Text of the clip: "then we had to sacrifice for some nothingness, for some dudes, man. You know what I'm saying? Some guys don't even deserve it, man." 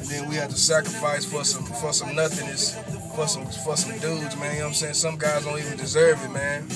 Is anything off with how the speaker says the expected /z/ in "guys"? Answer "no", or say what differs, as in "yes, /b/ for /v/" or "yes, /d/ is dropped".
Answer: no